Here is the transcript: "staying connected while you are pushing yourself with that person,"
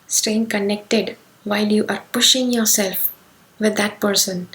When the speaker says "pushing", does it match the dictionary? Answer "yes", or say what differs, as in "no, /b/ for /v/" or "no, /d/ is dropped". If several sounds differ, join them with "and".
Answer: yes